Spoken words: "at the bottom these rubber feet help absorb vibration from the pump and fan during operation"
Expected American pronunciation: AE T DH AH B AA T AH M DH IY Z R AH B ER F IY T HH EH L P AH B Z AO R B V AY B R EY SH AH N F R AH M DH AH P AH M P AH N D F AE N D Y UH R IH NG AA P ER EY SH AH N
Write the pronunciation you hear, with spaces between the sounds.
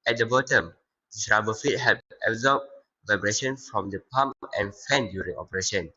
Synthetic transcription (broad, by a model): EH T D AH B AA T AH M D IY S R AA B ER F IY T HH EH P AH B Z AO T V AY B R EY SH AH N F R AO M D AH P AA M AH N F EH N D Y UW R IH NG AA P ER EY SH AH N